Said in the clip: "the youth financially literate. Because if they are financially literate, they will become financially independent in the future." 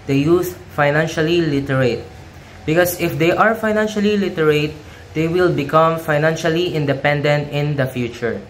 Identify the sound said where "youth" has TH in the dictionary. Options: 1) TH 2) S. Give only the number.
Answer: 2